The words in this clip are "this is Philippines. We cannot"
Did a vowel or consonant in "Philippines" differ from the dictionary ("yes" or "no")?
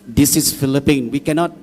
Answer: yes